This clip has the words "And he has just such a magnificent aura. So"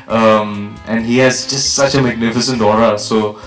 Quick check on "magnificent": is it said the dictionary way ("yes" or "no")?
yes